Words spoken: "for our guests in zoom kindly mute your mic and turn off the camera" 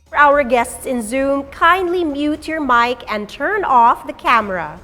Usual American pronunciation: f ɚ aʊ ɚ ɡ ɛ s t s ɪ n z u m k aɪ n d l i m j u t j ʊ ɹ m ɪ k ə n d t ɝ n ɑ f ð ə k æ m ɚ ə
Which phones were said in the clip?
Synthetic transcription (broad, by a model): aʊ ɚ ɡ ɛ s t s ɪ n z u m k aɪ n d l i m j u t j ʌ ɹ m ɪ k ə n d t ɝ n ɑ f ð ə k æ m ɚ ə